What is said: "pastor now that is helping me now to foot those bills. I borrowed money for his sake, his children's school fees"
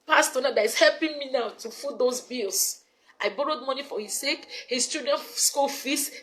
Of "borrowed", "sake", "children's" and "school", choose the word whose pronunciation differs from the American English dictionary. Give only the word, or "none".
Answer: children's